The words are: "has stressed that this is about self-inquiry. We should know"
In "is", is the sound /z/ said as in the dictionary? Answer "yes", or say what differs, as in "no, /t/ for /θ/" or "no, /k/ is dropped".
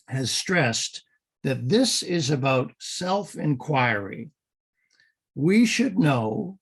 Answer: yes